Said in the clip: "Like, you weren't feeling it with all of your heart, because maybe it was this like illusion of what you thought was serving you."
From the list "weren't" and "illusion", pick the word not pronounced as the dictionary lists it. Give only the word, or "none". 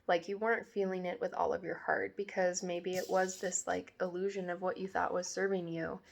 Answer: none